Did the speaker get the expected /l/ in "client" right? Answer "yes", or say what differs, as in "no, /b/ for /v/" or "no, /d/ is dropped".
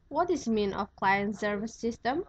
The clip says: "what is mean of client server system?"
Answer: yes